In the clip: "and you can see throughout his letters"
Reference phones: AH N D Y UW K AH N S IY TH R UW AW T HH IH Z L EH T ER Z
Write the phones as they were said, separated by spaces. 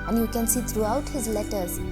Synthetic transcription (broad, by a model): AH N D Y UW K AH N S IY T R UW AW T HH IH Z L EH T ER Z